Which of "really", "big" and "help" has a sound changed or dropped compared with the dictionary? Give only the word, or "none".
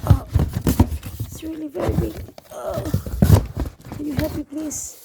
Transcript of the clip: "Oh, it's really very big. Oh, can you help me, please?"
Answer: help